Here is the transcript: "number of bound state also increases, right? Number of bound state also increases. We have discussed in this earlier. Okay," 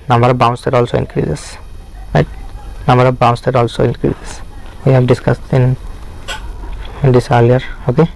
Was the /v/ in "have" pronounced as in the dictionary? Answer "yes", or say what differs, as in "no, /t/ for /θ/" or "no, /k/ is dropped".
no, /p/ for /v/